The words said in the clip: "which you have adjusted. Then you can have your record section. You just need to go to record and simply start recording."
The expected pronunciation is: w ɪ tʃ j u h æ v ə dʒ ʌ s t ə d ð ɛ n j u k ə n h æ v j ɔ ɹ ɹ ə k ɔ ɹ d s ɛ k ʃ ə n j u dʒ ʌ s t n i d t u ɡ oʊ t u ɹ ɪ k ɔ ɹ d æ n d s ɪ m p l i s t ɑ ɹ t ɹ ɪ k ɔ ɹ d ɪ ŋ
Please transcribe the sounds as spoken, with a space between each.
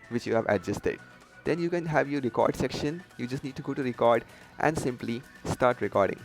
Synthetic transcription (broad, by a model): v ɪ tʃ j u h æ v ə dʒ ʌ s t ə d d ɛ n j u k ə n h æ v j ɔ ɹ ɹ ə k ɔ ɹ d s ɛ k ʃ ə n j u dʒ ʌ s t n i d t u ɡ oʊ t u ɹ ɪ k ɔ ɹ d æ n d s ɪ m p l i s t ɑ ɹ t ɹ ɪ k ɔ ɹ d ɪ ŋ